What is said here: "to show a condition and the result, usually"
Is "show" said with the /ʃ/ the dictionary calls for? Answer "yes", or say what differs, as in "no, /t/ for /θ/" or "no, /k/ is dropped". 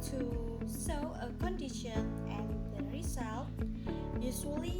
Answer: no, /s/ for /ʃ/